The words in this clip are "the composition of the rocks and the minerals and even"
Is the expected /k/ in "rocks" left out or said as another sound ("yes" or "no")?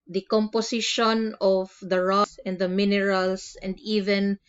yes